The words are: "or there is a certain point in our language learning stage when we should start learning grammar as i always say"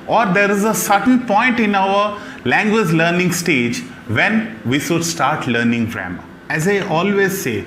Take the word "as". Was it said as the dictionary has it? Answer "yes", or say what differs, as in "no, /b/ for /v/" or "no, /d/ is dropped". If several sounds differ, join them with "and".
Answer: yes